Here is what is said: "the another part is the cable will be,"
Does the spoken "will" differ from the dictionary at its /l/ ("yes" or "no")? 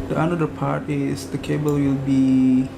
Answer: no